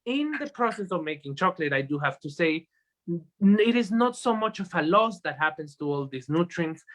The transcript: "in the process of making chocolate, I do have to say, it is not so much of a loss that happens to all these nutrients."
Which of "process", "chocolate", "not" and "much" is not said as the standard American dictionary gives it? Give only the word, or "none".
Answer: none